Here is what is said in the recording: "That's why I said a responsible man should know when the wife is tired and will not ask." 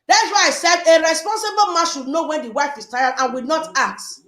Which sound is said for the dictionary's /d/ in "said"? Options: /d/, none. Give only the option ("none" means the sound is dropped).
/d/